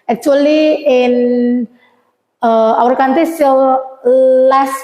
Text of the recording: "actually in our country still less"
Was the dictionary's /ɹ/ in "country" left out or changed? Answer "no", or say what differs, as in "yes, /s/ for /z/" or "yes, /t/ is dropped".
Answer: yes, /ɹ/ is dropped